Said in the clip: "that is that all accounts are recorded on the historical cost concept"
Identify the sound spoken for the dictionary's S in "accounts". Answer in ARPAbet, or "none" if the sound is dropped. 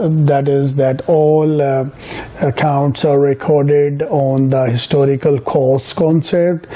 S